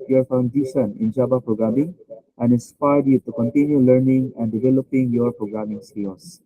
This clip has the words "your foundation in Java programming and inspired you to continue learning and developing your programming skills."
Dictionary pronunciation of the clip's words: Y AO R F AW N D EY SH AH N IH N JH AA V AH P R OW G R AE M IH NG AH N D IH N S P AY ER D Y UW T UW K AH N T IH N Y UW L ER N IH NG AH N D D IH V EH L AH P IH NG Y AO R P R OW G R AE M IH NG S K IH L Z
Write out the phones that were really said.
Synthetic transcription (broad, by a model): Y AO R F AW N D EY SH AH N IH N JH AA B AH P R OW G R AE M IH NG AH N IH N S P AY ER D Y UW T UW K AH N T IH N Y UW L ER N IH NG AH N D D IH V EH L AH P IH NG Y AO R P R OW G R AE M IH NG S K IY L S